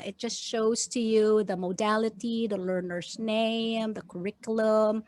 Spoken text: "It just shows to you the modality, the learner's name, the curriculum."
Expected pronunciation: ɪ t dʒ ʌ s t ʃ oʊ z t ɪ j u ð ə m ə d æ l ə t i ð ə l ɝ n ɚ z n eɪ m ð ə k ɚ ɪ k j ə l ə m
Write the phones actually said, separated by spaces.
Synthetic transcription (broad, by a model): ɪ t dʒ ʌ s t ʃ oʊ z t ɪ j u ð ə m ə d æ l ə t i ð ə l ɝ n ɚ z n eɪ m ð ə k ɚ ɪ k j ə l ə m